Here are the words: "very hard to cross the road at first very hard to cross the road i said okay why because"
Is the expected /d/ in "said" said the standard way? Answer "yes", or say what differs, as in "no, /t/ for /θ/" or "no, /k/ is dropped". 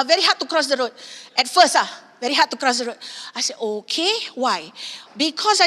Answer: no, /d/ is dropped